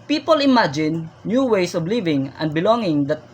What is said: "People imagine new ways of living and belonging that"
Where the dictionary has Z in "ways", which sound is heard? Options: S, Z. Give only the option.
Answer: S